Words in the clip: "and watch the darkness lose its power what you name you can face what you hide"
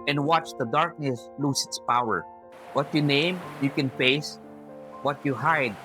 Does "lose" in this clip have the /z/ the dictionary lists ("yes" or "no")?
no